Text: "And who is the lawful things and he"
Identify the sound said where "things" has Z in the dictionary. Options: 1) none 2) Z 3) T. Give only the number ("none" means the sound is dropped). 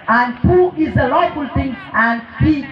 1